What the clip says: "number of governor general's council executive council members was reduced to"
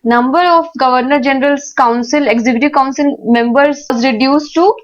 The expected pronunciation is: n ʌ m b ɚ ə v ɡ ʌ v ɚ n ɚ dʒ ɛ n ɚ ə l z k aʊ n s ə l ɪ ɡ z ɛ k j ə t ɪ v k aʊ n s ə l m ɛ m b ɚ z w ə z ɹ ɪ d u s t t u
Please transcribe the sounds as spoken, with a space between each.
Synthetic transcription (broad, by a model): n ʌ m b ɚ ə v ɡ ʌ v ɚ n ɚ dʒ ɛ n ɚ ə l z k aʊ n s ə l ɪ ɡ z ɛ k j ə t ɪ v k aʊ n s ə l m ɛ m b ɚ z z ɹ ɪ d u s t t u